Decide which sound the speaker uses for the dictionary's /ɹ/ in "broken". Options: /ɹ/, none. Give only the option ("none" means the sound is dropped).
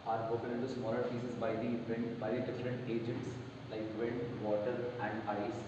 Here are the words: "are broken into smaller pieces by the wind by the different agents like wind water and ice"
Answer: none